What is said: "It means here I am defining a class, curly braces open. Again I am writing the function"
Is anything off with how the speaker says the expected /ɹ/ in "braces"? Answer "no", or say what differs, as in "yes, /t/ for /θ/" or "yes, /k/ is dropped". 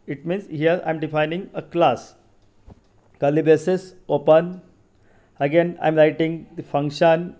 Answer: yes, /ɹ/ is dropped